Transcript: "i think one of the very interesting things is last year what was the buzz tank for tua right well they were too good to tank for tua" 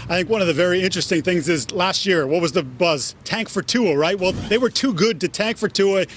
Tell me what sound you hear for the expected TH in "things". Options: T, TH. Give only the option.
TH